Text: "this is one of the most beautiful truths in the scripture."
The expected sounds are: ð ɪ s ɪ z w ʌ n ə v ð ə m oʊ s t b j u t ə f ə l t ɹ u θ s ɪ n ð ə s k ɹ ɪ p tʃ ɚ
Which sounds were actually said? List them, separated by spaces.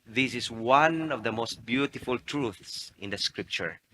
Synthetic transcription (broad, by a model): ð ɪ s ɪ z w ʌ n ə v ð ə m oʊ s t b j u t ə f ə l t ɹ u θ s ɪ n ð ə s k ɹ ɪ p tʃ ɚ